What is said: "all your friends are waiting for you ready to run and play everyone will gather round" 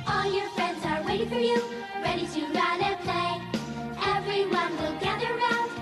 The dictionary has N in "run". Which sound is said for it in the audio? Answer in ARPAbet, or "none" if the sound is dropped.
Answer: none